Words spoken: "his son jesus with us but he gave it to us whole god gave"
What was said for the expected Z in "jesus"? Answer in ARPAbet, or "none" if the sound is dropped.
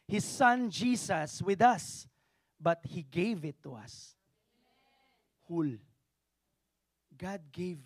S